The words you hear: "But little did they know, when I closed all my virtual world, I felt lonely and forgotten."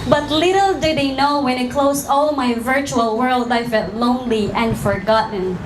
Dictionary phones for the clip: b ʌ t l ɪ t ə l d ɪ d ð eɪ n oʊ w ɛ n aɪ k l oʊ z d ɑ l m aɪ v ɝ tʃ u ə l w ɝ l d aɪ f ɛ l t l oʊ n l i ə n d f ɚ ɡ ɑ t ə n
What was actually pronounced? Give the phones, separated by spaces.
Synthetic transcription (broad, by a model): b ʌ t l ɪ t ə l d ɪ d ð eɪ n oʊ w ɛ n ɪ k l oʊ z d ɑ l m aɪ v ɝ tʃ u ə l w ɝ l d aɪ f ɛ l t l oʊ n l i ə n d f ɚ ɡ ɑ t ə n